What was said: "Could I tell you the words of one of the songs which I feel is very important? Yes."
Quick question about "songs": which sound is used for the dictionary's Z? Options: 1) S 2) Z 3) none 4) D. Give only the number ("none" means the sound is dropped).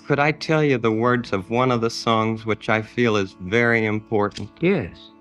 2